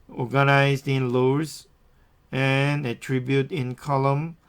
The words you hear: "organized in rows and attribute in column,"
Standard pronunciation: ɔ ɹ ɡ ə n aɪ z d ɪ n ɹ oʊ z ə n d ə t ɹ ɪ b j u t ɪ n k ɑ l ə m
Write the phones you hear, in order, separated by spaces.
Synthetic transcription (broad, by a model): ɔ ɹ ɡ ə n aɪ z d ɪ n l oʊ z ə n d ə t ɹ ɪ b j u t ɪ n k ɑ l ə m